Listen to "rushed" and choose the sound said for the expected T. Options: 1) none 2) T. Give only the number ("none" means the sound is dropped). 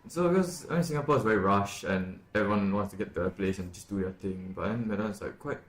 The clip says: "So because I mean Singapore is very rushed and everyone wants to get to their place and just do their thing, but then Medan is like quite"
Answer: 1